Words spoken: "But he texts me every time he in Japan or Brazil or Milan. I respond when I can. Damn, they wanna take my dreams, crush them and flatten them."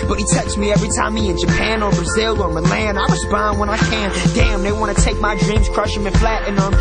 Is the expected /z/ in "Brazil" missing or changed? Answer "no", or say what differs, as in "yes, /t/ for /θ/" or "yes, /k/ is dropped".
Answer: no